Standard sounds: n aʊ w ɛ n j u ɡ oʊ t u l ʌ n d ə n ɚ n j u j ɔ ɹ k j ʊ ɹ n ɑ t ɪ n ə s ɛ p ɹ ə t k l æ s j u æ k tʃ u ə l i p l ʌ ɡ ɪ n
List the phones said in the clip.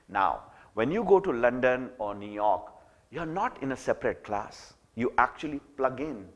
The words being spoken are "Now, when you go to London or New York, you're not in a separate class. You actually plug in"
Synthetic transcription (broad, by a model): n aʊ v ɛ n j u ɡ oʊ t u l ʌ n d ə n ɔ n j u j ɔ ɹ k j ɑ ɹ n ɑ t ɪ n ə s ɛ p ɹ ə t k l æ s j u æ k tʃ u ə l i p l ʌ ɡ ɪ n